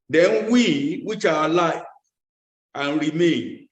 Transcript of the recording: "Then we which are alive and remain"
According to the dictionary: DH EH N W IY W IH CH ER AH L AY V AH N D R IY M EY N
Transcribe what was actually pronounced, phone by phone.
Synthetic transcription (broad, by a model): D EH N W IY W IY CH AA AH L AY AH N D R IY M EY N